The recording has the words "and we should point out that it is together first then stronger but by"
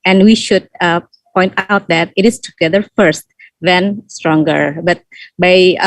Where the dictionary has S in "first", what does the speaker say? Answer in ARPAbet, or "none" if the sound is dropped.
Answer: S